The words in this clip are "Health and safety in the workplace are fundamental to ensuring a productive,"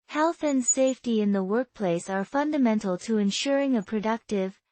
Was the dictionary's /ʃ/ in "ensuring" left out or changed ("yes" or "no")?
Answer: no